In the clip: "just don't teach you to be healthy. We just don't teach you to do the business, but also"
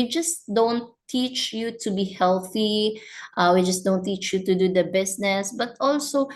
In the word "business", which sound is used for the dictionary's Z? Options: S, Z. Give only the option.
S